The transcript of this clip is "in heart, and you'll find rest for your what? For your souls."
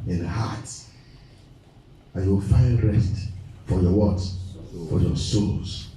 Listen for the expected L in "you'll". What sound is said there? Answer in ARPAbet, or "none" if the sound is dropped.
W